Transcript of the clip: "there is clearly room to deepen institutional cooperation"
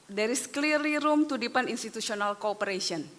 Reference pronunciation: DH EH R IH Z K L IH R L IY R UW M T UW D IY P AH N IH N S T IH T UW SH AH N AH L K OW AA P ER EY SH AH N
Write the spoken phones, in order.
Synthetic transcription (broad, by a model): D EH R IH S K L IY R IY R UW M T UW D IY P AH N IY N S T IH T UW S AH N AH L K OW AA P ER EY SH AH N